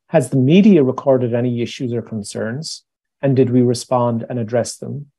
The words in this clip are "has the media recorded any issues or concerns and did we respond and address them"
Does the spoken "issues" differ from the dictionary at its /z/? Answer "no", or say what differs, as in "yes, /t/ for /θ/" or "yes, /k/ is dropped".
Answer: no